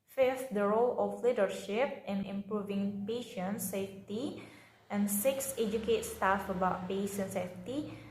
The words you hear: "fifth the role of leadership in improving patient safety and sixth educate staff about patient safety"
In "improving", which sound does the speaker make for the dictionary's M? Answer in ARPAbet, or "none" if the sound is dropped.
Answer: M